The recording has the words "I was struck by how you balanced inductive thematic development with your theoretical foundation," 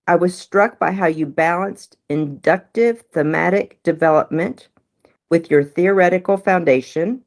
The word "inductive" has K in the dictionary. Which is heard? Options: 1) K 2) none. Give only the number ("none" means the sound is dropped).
1